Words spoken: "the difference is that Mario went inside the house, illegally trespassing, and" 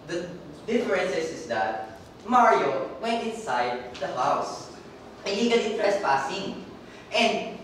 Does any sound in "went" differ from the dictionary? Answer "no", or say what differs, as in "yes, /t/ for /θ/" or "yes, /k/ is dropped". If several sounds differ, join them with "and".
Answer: no